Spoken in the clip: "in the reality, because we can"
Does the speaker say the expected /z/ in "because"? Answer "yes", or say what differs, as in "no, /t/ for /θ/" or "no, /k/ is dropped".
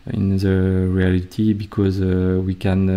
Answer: yes